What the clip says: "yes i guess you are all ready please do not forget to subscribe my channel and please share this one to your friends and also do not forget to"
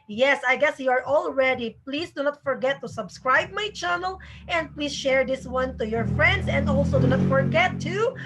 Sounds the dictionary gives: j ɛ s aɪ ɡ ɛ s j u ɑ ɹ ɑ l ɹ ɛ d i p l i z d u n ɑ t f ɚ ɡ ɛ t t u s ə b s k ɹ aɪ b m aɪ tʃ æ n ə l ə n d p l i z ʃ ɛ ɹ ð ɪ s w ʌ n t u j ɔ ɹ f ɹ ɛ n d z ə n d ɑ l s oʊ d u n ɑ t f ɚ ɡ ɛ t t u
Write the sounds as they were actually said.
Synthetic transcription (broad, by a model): j ɛ s aɪ ɡ ɛ s j u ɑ ɹ ɑ l ɹ ɛ d i p l i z d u n ɑ t f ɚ ɡ ɛ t t u s ə b s k ɹ aɪ b m aɪ tʃ æ n ə l ə n d p l i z ʃ ɛ ɹ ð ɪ s w ʌ n t u j ɔ ɹ f ɹ ɛ n d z ə n d ɑ l s oʊ d u n ɑ t f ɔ ɡ ɛ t t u